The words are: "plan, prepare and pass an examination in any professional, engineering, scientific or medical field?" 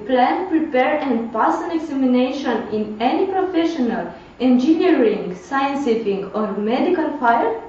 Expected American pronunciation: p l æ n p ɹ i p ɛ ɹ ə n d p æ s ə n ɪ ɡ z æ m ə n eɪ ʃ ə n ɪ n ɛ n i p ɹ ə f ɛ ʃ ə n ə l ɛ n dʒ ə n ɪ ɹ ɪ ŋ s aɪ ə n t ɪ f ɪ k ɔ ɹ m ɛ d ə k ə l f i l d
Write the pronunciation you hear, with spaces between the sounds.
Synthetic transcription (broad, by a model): p l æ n p ɹ i p ɛ ɹ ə n p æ s ə n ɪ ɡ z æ m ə n eɪ ʃ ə n ɪ n ɛ n i p ɹ ə f ɛ ʃ ə n ə l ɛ n dʒ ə n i ɹ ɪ ŋ s aɪ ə n s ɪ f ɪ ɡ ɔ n m ɛ d ə k ə l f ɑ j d